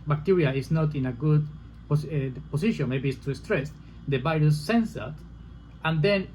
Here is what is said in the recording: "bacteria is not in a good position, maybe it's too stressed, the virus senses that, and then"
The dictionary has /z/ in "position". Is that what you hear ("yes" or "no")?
no